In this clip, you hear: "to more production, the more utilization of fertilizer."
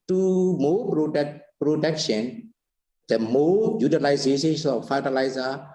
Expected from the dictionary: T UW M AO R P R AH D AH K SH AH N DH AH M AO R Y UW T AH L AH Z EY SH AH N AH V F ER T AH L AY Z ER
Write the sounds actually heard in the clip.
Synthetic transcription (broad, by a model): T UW M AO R P R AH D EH K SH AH N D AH M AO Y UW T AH L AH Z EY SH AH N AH F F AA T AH L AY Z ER